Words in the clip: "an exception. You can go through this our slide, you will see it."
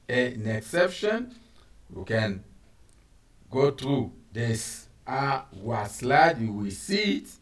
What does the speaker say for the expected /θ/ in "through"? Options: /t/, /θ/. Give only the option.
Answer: /t/